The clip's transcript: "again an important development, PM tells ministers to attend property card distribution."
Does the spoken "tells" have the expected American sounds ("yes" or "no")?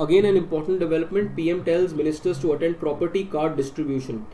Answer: yes